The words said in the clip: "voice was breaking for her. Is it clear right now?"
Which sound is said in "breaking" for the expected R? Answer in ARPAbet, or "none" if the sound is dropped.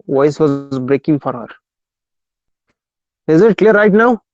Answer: R